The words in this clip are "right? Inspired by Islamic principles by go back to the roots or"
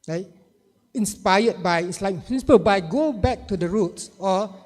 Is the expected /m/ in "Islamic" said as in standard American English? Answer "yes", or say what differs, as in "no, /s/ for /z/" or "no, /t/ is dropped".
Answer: no, /m/ is dropped